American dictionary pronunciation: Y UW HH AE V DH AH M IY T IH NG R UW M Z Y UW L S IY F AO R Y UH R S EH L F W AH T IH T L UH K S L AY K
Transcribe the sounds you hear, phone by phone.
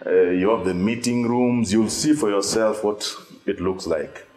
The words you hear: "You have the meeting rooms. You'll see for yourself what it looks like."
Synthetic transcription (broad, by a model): Y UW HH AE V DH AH M IY T IH NG R UW M Z Y UW L S IY F AO R Y UH R S EH L F W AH T IH T L UH K S L AY K